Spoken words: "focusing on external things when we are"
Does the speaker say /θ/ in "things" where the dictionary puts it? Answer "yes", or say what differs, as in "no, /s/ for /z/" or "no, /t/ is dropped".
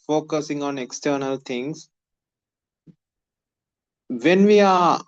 no, /t/ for /θ/